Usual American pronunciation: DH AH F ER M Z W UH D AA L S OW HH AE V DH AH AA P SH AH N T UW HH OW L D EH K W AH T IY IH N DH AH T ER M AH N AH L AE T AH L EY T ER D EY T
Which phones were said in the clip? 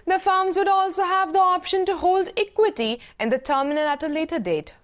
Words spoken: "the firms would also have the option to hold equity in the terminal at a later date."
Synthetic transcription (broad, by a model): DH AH F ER M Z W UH D AA L S OW HH AE V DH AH AA P SH AH N T UW HH OW L D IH K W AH T IY IH N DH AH T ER M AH N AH N AE T AH L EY T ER D EY T